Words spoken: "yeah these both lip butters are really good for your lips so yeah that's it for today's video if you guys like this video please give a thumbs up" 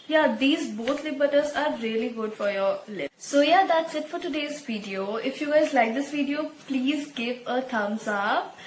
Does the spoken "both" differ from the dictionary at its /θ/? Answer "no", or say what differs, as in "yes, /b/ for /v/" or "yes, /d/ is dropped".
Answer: yes, /t/ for /θ/